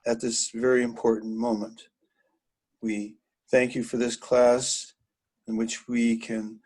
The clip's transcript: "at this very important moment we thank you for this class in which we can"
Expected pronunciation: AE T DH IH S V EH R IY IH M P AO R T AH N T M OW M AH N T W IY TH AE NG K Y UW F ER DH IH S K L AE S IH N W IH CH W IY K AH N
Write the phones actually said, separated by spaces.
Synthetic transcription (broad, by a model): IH T DH IH S V EH R IY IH M P AO R T N M OW M AH N T W IY TH AE NG K Y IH F ER DH IH S K L AE S IH N W IH CH W IY K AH N